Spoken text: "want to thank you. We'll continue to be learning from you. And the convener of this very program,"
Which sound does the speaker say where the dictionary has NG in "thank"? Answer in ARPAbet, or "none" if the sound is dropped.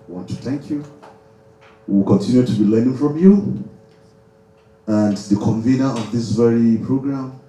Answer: NG